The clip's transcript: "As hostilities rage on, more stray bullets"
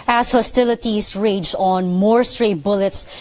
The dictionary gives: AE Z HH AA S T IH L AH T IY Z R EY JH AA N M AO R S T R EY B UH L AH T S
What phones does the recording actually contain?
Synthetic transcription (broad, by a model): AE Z HH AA S T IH L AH T IY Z R EY JH AA N M AO R S T R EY B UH L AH T S